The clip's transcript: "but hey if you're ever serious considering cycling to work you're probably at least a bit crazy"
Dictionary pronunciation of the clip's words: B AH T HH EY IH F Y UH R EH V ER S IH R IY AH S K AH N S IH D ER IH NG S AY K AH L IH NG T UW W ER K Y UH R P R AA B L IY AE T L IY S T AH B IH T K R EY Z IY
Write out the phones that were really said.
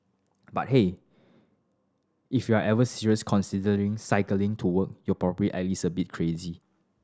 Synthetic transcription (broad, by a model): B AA T HH EY IH F Y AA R EH V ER S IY R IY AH S K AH N S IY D ER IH NG S AY K AH L IH NG T UW W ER K Y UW P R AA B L IY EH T L IY S AH B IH T K R EY Z IY